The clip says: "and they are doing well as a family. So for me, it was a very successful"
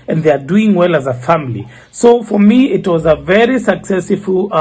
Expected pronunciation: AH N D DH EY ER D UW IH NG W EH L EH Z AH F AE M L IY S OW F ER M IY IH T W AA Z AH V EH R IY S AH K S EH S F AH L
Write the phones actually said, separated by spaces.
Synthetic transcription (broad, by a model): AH N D DH EY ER D UW IH NG W EH L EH Z AH F AE M L IY S OW F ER M IY IH T W AA Z AH V EH R IY S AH K S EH S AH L